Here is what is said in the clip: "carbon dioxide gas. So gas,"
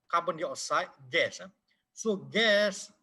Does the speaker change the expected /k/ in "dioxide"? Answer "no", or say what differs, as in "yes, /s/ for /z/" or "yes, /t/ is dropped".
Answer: yes, /k/ is dropped